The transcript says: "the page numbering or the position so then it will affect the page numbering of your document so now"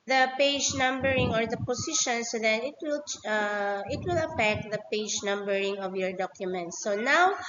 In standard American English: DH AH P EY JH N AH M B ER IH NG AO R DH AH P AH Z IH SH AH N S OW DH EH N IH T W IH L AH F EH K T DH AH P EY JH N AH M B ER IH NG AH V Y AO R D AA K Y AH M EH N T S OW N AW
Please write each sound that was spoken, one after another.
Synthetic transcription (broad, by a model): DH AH P EY JH N AH M B ER IH NG AO R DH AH P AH S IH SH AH N S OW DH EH N IH T W IH L AH F EH K T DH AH P EY JH N AH M B ER IH NG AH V Y AO R D AA K Y AH M EH N T S OW N AW